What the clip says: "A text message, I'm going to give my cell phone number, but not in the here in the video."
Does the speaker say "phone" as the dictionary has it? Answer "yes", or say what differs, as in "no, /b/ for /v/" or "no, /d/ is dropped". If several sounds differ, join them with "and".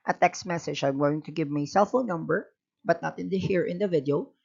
no, /l/ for /n/